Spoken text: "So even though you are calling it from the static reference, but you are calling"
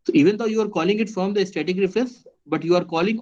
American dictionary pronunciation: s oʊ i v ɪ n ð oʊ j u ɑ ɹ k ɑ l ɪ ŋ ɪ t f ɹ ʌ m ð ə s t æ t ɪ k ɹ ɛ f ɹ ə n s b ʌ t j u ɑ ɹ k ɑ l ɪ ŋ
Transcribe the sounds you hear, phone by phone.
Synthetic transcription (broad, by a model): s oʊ i v ɪ n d oʊ j u ɑ ɹ k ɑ l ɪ ŋ ɪ t f ɹ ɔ m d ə s t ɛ t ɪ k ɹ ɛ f ə s b ʌ t j u ɑ ɹ k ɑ l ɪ ŋ